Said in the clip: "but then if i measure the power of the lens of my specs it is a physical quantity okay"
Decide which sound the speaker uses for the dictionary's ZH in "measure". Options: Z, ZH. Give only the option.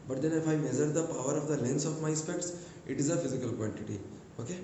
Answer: Z